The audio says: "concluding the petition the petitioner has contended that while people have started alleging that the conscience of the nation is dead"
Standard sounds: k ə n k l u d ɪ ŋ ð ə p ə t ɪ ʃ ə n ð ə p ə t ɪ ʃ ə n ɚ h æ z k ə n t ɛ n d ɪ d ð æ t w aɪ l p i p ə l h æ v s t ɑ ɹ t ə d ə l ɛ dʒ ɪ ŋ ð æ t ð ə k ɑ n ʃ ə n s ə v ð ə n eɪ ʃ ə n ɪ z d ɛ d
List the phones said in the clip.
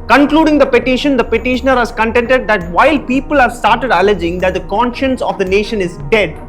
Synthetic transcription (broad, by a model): k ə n k l u d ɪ ŋ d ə p ə t ɪ ʃ ə n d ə p ə t ɪ ʃ ə n ɚ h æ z k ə n t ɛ n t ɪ d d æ t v aɪ l p i p ə l h æ v s t ɑ ɹ t ə d ə l ɛ dʒ ɪ ŋ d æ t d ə k ɑ n ʃ ə n s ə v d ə n eɪ ʃ ə n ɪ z d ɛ d